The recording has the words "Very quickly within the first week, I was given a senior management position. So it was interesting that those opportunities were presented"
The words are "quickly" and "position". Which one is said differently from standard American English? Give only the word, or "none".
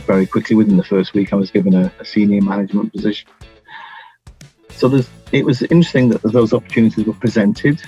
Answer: none